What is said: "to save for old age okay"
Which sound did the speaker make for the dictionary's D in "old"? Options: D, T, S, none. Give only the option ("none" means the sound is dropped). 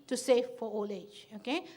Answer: none